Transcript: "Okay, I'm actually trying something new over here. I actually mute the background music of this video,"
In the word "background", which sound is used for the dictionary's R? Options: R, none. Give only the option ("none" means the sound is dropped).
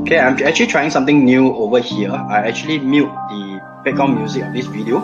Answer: none